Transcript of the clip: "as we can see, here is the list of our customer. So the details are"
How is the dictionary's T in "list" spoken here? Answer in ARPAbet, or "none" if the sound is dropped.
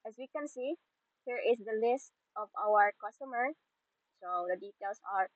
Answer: T